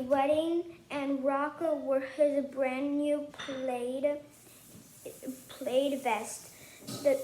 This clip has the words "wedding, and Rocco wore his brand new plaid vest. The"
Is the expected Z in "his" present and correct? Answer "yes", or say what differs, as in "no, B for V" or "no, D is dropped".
yes